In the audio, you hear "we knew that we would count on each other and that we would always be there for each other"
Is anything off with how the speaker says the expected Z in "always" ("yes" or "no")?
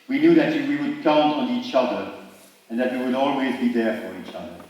no